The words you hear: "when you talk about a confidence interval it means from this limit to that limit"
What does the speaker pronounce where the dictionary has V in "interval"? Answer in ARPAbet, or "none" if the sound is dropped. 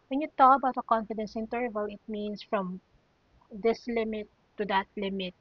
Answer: V